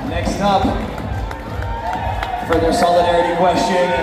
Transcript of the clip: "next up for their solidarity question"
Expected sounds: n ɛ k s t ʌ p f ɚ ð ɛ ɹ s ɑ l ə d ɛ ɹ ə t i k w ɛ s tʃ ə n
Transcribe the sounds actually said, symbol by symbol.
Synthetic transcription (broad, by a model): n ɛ k s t ʌ p f ɚ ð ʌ ɹ s ɑ l ə d ɛ ɹ ə t i k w ɛ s tʃ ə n